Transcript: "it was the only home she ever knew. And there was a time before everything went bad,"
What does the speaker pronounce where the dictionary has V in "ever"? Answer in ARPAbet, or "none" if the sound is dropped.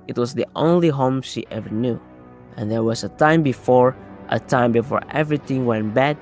V